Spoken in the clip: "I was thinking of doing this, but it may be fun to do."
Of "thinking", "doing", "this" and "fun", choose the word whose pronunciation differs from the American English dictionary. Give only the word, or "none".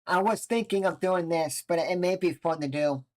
none